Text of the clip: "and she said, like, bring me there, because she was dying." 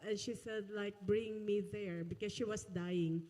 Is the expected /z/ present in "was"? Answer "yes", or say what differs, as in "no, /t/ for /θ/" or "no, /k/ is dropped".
no, /s/ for /z/